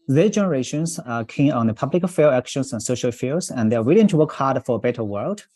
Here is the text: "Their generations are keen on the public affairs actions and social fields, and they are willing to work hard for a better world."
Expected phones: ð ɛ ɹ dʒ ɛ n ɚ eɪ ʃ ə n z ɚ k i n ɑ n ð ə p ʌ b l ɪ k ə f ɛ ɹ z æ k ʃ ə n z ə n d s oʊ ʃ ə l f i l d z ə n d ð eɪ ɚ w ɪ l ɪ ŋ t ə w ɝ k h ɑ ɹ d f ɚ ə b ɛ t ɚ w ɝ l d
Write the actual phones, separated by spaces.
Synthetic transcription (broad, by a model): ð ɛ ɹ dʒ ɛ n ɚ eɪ ʃ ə n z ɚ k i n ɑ n ð ə p ʌ b l ɪ k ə f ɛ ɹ æ k ʃ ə n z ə n s oʊ ʃ ə l f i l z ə n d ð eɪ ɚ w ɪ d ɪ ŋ t ə w ɝ k h ɑ ɹ d f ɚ ə b ɛ t ɚ w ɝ l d